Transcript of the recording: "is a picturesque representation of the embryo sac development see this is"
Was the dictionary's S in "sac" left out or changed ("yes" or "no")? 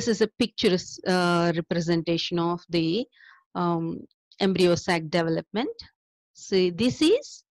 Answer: no